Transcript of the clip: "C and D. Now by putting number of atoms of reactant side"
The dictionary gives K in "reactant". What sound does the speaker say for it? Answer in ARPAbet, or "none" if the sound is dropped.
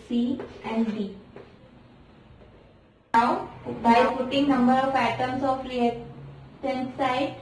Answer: none